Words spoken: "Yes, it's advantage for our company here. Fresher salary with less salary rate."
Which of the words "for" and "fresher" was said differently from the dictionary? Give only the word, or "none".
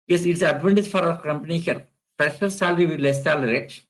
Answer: fresher